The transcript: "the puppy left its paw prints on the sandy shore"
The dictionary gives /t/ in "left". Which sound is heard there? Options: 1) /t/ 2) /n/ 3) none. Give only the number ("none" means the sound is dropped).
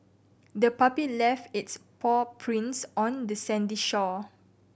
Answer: 1